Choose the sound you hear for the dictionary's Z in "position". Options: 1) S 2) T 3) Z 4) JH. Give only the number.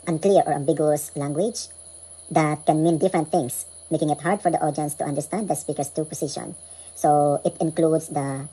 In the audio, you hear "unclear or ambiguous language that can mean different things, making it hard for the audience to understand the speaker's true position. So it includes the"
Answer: 1